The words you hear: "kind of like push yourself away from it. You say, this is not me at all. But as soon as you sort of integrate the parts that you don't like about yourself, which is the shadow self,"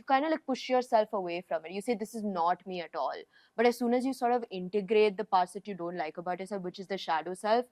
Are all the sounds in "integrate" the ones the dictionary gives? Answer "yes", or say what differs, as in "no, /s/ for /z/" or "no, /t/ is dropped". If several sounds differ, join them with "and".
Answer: yes